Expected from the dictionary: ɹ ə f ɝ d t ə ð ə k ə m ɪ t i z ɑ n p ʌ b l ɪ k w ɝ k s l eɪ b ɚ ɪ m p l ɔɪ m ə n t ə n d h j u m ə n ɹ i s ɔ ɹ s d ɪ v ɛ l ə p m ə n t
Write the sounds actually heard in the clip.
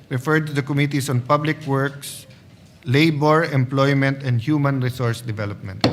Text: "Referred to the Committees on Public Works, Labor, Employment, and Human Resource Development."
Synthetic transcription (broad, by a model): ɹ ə f ɝ d t ə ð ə k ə m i t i s ɑ n p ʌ b l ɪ k w ɝ k s l eɪ b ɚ ɪ m p l ɔɪ m ə n t ə n d h j u m ə n ɹ i s ɔ ɹ s d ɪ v ɛ l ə p m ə n t